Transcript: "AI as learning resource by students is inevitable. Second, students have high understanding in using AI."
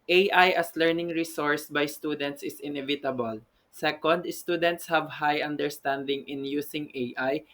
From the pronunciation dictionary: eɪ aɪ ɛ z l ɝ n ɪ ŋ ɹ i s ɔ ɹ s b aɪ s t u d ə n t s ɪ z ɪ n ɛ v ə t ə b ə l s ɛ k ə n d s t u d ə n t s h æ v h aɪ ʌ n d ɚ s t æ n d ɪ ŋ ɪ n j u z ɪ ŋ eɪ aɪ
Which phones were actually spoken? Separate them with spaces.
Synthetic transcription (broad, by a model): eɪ aɪ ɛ s l ɝ n ɪ ŋ ɹ i s ɔ ɹ s b aɪ s t u d ə n t s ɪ s ɪ n ɛ v ə t ə b ə l s ɛ k ə n d s t u d ə n t s h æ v h aɪ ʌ n d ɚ s t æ n d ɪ ŋ ɪ n j u s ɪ ŋ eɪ aɪ